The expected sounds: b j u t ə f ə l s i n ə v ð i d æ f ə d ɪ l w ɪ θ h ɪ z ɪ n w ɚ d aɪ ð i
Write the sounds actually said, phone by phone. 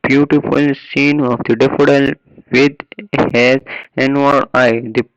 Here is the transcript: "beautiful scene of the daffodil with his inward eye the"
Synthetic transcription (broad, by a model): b j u t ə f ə l s i n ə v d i d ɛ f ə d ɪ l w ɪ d h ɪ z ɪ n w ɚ aɪ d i